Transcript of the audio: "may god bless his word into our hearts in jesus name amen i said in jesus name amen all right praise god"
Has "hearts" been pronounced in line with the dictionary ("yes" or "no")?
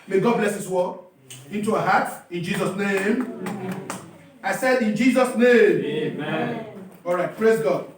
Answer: no